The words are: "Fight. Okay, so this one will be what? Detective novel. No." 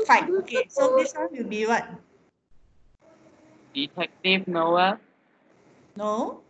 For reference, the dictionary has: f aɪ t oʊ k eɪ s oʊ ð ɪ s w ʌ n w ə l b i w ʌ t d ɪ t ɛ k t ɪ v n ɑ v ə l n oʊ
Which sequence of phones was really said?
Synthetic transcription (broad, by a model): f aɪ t oʊ k eɪ s oʊ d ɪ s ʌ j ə b i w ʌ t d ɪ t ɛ k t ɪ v n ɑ ə n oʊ